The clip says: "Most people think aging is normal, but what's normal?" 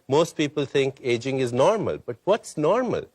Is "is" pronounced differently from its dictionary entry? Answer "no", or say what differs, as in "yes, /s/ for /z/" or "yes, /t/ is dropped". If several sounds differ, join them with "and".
no